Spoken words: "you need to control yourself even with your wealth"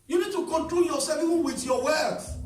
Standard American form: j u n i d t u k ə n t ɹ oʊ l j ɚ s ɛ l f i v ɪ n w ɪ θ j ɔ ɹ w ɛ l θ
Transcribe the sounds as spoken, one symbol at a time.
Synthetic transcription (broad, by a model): j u n i d t u k ə n t ɹ oʊ l j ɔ s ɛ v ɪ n w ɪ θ j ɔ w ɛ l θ